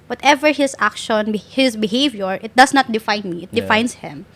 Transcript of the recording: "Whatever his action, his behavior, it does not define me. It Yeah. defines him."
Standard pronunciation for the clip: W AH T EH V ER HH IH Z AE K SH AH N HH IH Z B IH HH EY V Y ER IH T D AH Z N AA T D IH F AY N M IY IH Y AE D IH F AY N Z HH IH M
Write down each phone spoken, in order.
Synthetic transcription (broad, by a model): W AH T EH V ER HH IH S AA K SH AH N HH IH S B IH HH EY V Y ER IH T D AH S N AA T D IH F AY N M IY IH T D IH F AY N S HH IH M